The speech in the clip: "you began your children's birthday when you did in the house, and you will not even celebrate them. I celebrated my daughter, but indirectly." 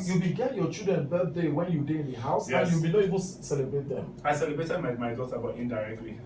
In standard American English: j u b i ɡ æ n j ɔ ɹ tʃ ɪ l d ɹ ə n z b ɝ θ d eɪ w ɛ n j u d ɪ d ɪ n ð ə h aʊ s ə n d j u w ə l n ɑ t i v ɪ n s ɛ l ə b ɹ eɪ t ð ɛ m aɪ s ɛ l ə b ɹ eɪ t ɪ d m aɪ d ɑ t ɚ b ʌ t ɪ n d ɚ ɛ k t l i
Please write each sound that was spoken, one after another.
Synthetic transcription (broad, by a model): j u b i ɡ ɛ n j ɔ tʃ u d ɹ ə n b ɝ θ d eɪ w ɛ n j u d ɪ ɪ n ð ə h aʊ s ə j u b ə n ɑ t i v ɪ n s ɛ l ə b ɹ eɪ t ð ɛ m aɪ s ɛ l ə b ɹ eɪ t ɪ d m aɪ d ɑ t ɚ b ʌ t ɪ n d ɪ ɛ k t l i